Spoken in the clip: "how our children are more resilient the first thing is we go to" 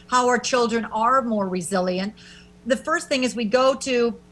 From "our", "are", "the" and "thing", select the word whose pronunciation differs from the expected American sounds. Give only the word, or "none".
none